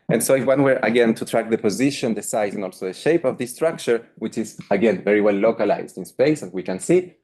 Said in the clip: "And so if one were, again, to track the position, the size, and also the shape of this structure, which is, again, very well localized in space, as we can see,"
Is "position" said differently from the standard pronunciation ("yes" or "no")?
no